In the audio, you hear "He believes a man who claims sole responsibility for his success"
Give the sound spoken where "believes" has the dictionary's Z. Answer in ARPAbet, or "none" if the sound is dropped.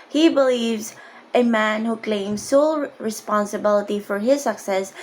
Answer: Z